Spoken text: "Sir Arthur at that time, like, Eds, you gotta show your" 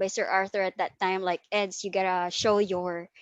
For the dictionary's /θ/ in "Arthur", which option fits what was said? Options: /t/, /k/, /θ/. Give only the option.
/θ/